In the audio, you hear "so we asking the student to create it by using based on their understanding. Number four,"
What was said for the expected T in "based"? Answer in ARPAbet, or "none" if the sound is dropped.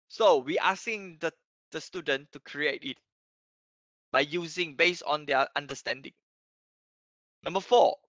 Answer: none